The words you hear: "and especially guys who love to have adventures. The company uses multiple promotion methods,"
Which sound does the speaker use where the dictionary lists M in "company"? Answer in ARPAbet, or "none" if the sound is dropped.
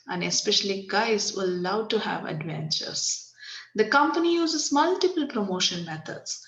M